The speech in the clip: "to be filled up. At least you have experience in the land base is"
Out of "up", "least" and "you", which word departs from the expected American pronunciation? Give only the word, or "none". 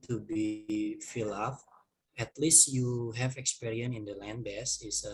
up